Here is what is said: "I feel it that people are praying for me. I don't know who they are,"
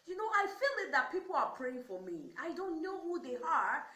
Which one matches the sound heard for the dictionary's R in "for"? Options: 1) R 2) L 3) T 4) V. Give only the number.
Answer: 1